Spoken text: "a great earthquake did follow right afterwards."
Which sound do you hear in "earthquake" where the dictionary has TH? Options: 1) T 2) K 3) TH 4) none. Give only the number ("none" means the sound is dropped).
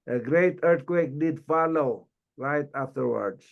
1